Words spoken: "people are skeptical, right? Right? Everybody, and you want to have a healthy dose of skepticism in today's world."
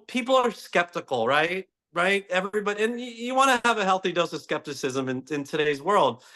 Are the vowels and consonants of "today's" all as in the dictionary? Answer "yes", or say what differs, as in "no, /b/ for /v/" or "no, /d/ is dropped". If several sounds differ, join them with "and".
yes